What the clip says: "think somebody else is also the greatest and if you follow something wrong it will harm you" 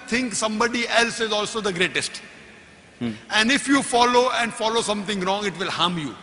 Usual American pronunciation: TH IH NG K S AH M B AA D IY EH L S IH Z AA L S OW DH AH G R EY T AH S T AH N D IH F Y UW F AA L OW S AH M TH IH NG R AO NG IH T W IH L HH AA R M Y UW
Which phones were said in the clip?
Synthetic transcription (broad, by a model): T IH NG K S AH M B AA D IY EH L S IH Z AA L S OW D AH G R EY T AH S T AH N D IH F Y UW F AA L OW S AH M T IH NG R AO NG IH T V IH L HH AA M Y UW